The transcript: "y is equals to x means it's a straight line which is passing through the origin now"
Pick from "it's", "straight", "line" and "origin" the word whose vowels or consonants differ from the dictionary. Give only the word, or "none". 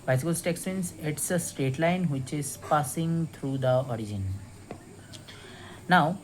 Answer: straight